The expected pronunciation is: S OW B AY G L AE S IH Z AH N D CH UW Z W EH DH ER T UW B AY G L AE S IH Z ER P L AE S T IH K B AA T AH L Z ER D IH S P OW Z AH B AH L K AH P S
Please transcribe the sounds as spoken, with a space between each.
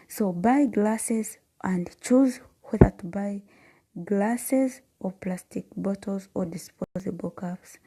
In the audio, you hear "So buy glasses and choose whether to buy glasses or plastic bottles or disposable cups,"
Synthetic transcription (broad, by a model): S OW B AY G L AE S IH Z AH N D CH UW Z W EH DH ER T UW B AY G L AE S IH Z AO P L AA S T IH K B AA T AH L Z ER D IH S P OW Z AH B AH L K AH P S